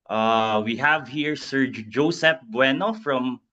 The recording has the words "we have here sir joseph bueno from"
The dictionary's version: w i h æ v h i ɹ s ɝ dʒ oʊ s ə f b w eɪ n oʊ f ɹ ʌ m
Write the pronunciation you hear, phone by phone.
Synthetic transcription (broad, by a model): w i h æ v h i ɹ s ɝ dʒ oʊ s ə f b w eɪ n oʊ f ɹ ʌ m